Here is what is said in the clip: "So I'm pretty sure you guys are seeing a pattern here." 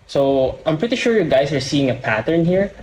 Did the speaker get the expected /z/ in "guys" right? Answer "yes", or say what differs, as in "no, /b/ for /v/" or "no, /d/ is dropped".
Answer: no, /s/ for /z/